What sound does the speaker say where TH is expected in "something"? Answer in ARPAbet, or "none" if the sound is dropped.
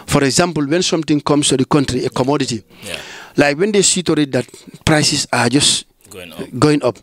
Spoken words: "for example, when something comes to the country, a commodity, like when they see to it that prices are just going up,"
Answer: T